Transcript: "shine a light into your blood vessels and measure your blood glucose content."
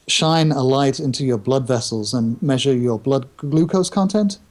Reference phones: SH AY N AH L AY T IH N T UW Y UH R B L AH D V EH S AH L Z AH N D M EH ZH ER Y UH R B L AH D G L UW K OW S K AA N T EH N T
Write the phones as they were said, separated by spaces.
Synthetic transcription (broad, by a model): SH AY N AH L AY T IH N T UW Y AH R B L AH D V EH S AH L Z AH N M EH ZH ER Y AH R B L AH D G L UW K OW S K AA N T EH N T